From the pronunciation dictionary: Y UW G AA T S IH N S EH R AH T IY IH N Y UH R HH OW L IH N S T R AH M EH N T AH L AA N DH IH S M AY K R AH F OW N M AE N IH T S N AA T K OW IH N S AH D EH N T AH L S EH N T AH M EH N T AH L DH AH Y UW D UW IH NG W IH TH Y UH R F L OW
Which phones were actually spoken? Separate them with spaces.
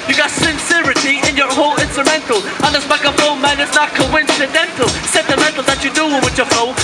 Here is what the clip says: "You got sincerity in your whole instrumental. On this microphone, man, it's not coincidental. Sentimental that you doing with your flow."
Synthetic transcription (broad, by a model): Y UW G AA T S IH N S EH R AH T IY IH N Y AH R HH OW L IH N S T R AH M EH N T L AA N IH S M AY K AH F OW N M AE N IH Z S N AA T K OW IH N S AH D EH N T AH L S EH N T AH M EH N T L DH AH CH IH D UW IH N W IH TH Y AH R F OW